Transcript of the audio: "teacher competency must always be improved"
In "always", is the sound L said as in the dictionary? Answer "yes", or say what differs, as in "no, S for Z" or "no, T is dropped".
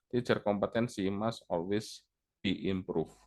no, L is dropped